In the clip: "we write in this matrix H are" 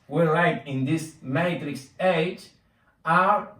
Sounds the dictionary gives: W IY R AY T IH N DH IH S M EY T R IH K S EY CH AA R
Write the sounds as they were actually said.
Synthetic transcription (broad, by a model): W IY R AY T IH N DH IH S M EY T R IH K S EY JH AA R